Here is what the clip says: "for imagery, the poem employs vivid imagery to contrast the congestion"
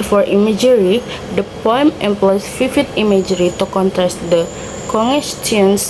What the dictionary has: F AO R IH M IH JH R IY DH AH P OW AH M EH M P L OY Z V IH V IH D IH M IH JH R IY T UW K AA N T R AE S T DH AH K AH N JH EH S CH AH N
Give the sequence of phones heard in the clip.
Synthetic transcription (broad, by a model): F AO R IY M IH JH R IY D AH P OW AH M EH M P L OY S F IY F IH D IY M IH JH R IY T UW K AA N T R AE S T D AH K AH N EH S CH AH N